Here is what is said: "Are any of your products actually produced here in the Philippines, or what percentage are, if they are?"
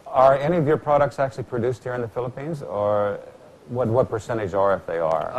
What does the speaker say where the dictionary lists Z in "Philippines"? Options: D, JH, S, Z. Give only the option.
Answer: Z